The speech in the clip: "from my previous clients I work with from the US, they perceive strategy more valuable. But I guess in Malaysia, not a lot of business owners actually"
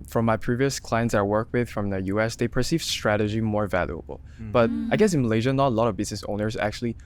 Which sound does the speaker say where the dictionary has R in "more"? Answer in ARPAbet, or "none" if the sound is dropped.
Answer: R